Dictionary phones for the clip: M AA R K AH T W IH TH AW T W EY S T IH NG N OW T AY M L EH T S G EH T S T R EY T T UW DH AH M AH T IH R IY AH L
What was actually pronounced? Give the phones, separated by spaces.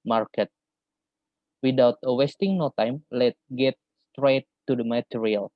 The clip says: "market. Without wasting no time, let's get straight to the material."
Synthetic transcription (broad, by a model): M AA R K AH T W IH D AW T W EY S T IH NG N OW T AY M L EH T G EH T S T R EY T T UW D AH M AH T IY R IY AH L